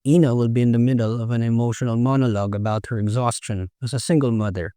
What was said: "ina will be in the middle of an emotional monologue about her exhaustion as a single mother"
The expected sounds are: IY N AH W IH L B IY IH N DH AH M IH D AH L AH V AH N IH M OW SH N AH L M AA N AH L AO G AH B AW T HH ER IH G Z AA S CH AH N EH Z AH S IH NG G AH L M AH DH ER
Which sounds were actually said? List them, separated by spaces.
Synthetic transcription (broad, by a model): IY N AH W IH L B IY IH N DH AH M IH D L AH V AH N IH M OW SH N L M AA N AH L AO G AH B AW T HH ER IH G Z AA S CH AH N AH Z AH S IH NG G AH L M AH DH ER